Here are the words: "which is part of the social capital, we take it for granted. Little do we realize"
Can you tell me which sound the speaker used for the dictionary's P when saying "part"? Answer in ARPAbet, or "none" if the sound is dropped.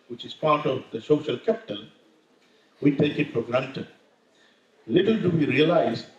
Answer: P